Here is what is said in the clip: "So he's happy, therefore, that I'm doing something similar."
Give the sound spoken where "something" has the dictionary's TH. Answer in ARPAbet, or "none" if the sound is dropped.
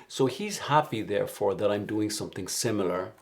TH